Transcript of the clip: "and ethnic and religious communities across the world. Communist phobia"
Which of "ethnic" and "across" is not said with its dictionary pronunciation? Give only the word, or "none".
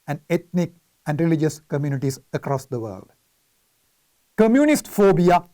ethnic